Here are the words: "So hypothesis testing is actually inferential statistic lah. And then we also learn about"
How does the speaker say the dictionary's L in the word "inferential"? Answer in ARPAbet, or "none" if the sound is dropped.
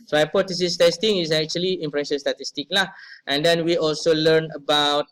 N